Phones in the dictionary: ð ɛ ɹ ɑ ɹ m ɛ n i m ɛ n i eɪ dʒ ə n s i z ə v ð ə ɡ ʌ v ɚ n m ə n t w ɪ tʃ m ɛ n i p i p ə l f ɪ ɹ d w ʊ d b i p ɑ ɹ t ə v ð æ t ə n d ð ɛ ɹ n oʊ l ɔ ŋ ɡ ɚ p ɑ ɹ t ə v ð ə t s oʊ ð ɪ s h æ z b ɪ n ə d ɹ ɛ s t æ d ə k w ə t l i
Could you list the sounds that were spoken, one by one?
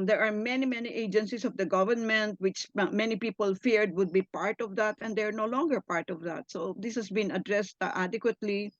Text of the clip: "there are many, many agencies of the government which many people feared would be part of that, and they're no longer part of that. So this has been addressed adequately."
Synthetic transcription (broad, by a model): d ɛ ɹ ɑ ɹ m ɛ n i m ɛ n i eɪ dʒ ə n s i s ə v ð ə ɡ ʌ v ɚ n m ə n t w ɪ tʃ m ɛ n i p i p ə l f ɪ ɹ d w ʊ d b i p ɑ ɹ t ə v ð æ t ə n d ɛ ɹ n oʊ l ɔ ŋ ɡ ɚ p ɑ ɹ t ə v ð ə t s oʊ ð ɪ s h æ s b ɪ n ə d ɹ ɛ s t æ d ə k w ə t l i